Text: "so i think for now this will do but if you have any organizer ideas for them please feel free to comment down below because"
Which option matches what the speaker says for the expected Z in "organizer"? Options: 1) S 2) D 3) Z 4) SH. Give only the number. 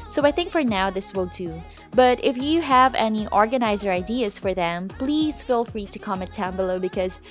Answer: 3